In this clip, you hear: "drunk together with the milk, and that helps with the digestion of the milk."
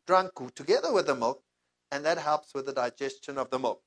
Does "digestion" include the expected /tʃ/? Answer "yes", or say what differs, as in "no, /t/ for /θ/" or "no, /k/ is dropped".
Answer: yes